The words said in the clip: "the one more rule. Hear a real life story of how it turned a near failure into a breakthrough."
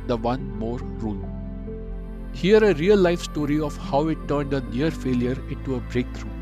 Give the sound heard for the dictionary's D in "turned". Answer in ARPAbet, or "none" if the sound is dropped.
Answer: D